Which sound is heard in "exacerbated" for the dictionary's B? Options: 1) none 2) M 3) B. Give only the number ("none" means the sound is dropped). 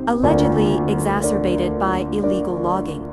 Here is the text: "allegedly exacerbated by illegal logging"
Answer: 3